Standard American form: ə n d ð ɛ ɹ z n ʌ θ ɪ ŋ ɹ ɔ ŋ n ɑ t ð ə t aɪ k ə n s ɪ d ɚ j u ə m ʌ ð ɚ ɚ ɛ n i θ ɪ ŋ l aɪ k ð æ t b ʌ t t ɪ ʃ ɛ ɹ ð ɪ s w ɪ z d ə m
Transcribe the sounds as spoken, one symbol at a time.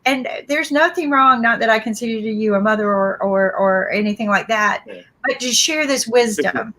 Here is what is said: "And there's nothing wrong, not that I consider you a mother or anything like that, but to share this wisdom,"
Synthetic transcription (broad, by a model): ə n ð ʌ ɹ z n ʌ θ ɪ ŋ ɹ ɔ ŋ n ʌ t ð ə t aɪ k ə n s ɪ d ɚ j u ə m ʌ ð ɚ ɚ ɛ n i θ ɪ ŋ l aɪ k ð æ t b ʌ t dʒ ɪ ʃ ɛ ɹ ð ɪ s w ɪ z d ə m